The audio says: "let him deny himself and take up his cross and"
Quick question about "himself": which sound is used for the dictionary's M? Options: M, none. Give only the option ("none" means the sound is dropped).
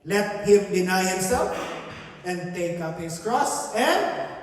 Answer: none